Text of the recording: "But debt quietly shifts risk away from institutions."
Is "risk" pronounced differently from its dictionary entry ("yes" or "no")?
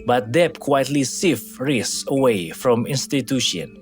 yes